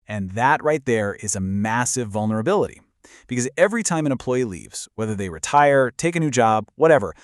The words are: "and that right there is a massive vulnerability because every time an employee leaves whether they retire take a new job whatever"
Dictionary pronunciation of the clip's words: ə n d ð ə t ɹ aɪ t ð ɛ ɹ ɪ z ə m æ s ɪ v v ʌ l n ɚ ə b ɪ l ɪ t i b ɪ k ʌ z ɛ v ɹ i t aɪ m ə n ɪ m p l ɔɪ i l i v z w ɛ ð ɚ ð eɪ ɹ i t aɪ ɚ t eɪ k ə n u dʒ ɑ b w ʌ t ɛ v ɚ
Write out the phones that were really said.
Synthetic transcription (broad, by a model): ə n ð ə t ɹ aɪ t ð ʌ ɹ ɪ z ə m æ s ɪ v v ʌ l n ɚ ə b ɪ l ɪ t i b ɪ k ʌ z ɛ v ɹ i t aɪ m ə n ɪ m p l ɔɪ i l i v z w ɛ ð ɚ ð eɪ ɹ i t aɪ ɚ t eɪ k ə n u dʒ ɑ b w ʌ t ɛ v ɚ